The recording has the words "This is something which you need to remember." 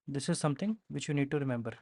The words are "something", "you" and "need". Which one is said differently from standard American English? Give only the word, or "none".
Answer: something